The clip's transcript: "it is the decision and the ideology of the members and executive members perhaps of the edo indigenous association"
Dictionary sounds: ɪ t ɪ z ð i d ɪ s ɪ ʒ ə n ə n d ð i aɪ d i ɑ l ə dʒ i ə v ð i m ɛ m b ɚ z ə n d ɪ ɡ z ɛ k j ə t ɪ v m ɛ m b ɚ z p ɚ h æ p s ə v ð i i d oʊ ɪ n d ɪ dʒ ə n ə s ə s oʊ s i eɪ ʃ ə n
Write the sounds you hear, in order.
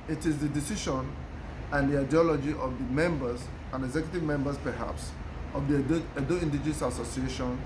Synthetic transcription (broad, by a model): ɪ t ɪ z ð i d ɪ s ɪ ʃ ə n ə n d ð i aɪ d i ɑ l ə dʒ i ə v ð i m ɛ m b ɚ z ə n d ɪ ɡ z ɛ k j ə t ɪ v m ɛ m b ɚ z p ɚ h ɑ p s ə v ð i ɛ d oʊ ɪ n d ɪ dʒ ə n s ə s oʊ s i eɪ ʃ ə n